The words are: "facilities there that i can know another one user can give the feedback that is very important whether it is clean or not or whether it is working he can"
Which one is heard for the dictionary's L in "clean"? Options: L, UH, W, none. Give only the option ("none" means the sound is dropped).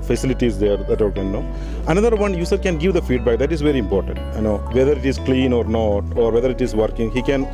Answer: L